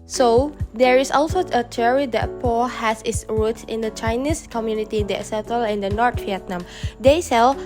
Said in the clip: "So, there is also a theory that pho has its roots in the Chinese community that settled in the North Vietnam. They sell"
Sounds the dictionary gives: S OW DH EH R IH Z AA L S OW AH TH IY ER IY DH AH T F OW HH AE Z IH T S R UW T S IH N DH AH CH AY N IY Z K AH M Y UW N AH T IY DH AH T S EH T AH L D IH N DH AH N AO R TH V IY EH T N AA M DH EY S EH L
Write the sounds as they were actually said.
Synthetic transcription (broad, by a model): S OW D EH R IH S AA L S OW AH T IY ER IY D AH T P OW HH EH S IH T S R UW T IH N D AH CH AY N IY S K AH M Y UW N AH T IY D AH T S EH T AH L IH N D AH N AO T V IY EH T N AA M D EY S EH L